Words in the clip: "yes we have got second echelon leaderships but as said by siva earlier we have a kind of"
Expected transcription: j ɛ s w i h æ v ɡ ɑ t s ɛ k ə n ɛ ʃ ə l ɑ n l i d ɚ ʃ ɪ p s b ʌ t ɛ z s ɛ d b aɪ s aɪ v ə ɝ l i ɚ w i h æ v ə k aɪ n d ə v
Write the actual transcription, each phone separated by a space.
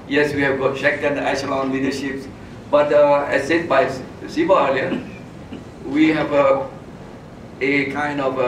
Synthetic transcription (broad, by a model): j ɛ s w i h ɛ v ɡ ɑ t ʃ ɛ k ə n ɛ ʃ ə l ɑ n l i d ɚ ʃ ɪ p s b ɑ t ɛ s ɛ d b aɪ s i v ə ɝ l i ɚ w i h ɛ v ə k aɪ n d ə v